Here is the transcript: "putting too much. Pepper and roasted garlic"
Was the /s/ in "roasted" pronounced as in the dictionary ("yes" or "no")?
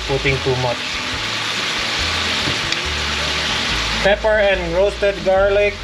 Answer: no